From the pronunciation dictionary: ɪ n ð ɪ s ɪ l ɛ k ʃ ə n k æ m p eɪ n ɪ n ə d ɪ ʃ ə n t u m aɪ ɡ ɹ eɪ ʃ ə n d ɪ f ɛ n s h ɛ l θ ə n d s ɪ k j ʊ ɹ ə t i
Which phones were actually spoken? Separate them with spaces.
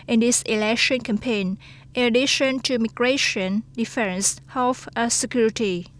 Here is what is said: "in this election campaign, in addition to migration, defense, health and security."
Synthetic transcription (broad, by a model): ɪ n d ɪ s ɪ l ɛ k ʃ ə n k æ m p eɪ n ɪ n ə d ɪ ʃ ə n t u m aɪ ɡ ɹ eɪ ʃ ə n d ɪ f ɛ n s h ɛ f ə s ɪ k j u ɹ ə t i